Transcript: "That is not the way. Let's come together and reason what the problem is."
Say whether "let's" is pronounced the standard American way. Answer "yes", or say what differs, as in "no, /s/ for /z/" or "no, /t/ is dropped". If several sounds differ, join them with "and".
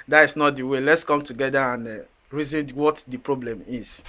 yes